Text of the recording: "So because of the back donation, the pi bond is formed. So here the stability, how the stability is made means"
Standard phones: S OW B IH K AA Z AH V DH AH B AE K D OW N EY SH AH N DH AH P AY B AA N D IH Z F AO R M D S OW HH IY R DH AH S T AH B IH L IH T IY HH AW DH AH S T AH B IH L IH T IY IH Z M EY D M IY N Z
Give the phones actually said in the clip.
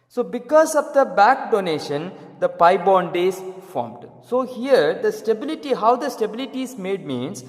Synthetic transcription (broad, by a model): S OW B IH K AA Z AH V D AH B AE K D OW N EY SH AH N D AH P AY B AA N D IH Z F AO R M D S OW HH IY R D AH S T AH B IH L IH T IY HH AW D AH S T AH B IH L IH T IY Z M EY D M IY N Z